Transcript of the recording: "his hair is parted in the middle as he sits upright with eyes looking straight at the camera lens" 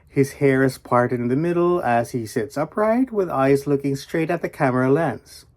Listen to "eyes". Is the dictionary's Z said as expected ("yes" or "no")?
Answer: yes